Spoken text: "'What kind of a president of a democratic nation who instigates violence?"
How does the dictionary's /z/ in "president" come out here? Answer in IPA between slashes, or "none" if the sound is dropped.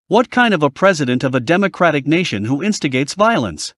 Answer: /z/